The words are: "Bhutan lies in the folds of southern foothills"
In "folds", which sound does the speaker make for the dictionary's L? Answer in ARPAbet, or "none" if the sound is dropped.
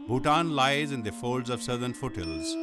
L